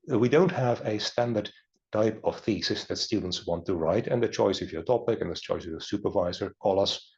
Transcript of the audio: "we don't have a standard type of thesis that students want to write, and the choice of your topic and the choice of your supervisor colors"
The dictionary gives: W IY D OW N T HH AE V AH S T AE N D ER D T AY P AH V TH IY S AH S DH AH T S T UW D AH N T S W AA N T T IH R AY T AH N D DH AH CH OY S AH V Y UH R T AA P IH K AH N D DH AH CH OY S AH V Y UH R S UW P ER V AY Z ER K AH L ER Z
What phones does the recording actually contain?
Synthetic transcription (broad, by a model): W IY D OW N T HH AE V AH S T AE N D ER D T AY P AH V TH IY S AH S DH AH T S T UW D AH N T S W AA N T T IH R AY T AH N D DH AH CH OY S AH V Y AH R T AA P IH K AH N DH AH CH OY S AH V Y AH R S UW P ER V AY Z ER K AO L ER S